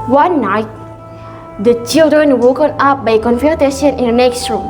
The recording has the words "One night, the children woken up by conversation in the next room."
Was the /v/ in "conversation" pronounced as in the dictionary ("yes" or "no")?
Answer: no